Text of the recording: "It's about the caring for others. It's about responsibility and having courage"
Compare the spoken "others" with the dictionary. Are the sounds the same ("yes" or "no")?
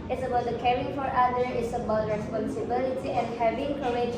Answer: no